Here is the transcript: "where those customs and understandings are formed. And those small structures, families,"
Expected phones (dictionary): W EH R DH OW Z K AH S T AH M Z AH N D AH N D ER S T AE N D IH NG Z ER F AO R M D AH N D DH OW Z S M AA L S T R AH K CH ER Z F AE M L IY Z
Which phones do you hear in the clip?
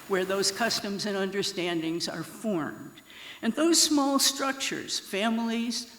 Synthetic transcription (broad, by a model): W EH R DH OW Z K AH S T AH M Z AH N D AH N D ER S T AE N D IH NG Z ER F AO R M D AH N DH OW Z S M AA L S T R AH K CH ER Z F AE M L IY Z